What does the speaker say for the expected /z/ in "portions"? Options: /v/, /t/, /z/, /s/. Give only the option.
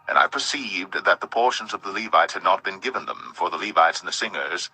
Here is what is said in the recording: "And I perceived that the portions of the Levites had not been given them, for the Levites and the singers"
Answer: /z/